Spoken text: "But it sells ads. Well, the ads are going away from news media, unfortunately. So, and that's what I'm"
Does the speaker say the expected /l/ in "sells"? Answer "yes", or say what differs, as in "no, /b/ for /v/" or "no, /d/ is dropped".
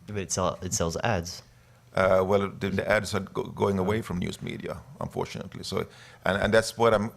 yes